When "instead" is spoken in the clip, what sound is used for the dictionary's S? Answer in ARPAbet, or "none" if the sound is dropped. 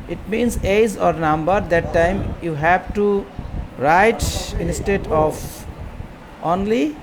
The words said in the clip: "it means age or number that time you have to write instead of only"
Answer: S